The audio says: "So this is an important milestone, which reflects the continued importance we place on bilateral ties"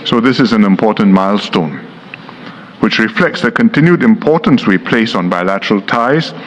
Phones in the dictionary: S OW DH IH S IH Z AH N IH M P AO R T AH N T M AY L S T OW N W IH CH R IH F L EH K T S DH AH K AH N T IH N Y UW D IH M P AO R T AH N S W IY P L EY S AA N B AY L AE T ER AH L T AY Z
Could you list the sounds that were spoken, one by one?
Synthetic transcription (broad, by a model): S OW DH IH S IH Z AH N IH M P AO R T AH N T M AY L S T OW N W IH CH R IH F L EH K T S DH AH K AH N T IH N Y UW D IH M P AO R T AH N S W IY P L EY S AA N B AY L AE T ER AH L T AY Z